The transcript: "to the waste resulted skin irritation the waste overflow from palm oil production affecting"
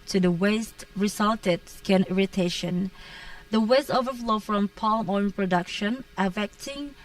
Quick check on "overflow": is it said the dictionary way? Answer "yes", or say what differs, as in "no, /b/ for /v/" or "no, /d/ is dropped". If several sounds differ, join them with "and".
yes